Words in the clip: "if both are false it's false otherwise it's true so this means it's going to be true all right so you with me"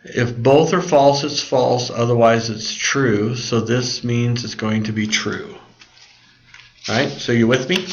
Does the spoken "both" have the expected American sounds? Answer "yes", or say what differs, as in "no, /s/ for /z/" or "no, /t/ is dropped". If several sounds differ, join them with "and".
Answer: yes